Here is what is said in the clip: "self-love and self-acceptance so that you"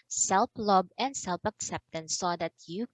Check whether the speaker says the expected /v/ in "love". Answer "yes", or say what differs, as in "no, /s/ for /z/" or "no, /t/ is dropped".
no, /b/ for /v/